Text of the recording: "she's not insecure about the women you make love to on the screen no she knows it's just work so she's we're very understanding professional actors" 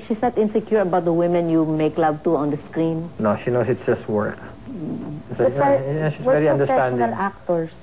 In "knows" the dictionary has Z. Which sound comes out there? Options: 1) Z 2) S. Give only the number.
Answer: 2